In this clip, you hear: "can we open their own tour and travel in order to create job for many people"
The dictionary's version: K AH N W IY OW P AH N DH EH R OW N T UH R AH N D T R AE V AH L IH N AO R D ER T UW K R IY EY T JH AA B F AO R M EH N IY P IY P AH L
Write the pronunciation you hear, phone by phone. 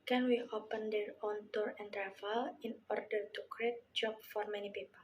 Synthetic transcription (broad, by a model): K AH N W IY OW P AH N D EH R OW N T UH R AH N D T R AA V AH L IH N AO R D ER T UW K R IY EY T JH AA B F AO R M EH N IY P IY P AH L